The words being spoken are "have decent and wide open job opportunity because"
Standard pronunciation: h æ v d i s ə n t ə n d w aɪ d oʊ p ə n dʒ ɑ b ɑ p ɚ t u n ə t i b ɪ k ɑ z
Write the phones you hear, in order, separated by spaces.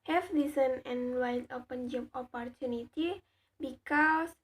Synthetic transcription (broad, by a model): h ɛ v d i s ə n ə n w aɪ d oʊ p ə n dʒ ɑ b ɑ p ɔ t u n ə t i b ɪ k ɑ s